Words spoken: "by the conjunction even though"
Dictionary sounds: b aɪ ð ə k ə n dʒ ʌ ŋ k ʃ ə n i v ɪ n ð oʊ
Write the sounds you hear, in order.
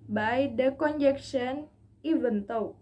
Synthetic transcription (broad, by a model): b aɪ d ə k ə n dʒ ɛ k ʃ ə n i v ɪ n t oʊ